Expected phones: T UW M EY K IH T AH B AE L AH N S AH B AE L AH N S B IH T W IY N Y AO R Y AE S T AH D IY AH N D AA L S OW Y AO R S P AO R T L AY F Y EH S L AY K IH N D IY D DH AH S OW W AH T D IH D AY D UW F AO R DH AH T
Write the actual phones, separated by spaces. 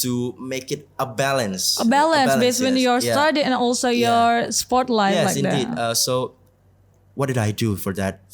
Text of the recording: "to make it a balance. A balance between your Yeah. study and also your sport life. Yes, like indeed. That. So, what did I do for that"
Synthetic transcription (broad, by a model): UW M EY K IH T AH B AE L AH N S AH B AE L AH N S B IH S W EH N Y AO R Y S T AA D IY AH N AA L S OW Y AO R S P AO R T L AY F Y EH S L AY IH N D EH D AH S OW W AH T D IH D AY D UW F AO R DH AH T